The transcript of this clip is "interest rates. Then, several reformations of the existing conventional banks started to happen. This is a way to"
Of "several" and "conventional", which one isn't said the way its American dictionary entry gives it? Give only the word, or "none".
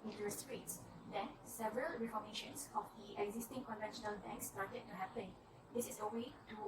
none